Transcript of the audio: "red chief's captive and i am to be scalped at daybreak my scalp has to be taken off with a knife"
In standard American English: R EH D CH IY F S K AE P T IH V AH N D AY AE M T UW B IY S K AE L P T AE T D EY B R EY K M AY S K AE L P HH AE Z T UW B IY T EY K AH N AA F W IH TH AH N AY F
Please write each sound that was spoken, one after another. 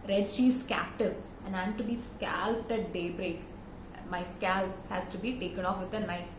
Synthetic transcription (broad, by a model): R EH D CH IY S K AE P T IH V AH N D AY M T UW B IY S K AE L P T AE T D EY B R EY K M AY S K AE L P HH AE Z T UW B IY T EY K AH N AA F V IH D AH N AY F